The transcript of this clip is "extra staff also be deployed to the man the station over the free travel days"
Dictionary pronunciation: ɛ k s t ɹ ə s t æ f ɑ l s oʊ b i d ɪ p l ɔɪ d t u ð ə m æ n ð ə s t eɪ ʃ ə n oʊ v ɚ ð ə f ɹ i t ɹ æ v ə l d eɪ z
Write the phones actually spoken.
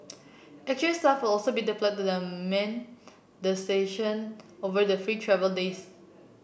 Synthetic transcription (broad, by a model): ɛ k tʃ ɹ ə s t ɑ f ɑ l s oʊ b i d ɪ f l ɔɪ t u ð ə m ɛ n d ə s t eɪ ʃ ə n oʊ v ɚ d ə f ɹ i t ɹ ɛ v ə l d eɪ s